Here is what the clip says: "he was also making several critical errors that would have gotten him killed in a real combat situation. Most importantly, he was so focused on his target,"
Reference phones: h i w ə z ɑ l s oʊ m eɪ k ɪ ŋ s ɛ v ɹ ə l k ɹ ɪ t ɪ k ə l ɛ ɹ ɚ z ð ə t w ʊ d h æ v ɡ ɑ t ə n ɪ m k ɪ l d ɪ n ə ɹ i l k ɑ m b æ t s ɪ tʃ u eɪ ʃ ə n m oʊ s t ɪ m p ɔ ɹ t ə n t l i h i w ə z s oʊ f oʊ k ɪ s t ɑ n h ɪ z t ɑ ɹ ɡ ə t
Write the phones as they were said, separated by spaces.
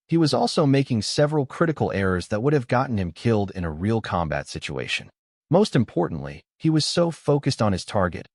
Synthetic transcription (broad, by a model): h i w ə z ɑ l s oʊ m eɪ k ɪ ŋ s ɛ v ɹ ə l k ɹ ɪ t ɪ k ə l ɛ ɹ ɚ z ð ə t w ʊ d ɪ v ɡ ɑ t n ɪ m k ɪ l d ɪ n ə ɹ i l k ɑ m b æ t s ɪ tʃ u eɪ ʃ ə n m oʊ s t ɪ m p ɔ ɹ t n t l i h i w ə z s oʊ f oʊ k ɪ s t n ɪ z t ɑ ɹ ɡ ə t